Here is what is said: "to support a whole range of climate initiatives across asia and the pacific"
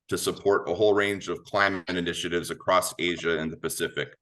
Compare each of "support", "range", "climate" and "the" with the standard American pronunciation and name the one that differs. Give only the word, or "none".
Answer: none